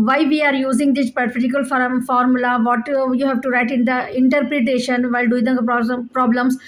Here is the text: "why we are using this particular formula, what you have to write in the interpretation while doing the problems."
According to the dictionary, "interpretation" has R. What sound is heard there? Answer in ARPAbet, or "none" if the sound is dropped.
R